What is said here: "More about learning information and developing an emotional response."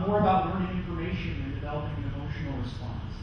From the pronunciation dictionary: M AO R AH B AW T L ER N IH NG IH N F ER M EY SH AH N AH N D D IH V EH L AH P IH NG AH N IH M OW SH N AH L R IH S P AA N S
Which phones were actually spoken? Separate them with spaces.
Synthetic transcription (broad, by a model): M AO R AH B AW T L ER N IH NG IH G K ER EY SH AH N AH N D D IH V EH L AH P IH NG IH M OW SH N L R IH S P AA N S